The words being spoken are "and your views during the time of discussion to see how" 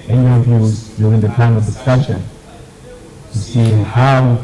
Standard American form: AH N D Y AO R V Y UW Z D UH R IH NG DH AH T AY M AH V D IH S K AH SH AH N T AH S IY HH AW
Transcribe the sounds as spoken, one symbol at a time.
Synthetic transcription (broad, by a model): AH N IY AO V Y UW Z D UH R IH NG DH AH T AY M AH V D IH S K AH SH AH N S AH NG HH AW